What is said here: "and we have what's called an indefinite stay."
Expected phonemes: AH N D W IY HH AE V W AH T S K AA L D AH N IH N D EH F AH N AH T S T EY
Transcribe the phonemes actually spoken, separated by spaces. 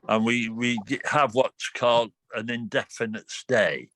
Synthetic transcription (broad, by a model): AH N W W IY HH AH V W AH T K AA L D AH N IH N D EH F AH N AH T S T EY